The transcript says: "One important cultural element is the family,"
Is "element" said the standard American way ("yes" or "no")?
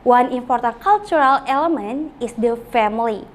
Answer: no